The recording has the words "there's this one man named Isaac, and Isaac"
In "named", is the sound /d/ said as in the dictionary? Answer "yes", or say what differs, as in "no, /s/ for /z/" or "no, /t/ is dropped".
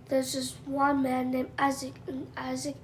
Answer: no, /d/ is dropped